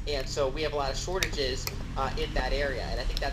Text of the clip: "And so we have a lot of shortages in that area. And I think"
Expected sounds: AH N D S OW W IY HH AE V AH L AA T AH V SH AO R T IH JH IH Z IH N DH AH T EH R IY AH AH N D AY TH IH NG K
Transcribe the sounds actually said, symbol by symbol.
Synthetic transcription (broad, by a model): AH N S OW W IY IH V AH L AA T AH V SH AO R T IH JH IH Z IH N DH AH T EH R IY AH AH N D AY TH IH NG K